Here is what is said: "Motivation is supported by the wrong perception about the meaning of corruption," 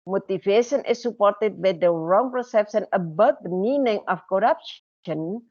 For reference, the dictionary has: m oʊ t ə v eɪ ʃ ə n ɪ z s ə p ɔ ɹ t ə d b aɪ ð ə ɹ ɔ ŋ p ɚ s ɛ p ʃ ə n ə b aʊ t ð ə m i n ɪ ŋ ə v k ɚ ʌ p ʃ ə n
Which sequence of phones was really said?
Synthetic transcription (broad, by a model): m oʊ t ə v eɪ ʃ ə n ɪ s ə p ɔ ɹ t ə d b aɪ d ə ɹ ɔ ŋ p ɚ s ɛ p s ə n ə b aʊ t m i n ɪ ŋ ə f k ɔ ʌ p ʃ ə n